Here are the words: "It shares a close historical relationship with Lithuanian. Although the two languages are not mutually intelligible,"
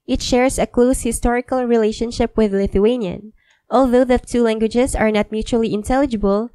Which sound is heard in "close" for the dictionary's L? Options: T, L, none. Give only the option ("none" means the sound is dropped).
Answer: L